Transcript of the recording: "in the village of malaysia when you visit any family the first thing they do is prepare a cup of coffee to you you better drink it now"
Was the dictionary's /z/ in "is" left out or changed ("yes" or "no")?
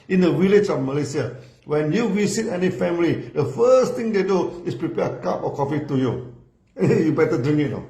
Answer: yes